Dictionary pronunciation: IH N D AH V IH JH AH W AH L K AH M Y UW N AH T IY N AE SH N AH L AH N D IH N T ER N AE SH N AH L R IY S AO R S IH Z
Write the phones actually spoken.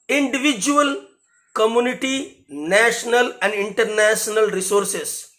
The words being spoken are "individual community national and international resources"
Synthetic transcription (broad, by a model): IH N D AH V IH JH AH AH L K AH M Y UW N AH T IY N AE SH N AH L AH N D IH N T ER N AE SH N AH L R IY S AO R S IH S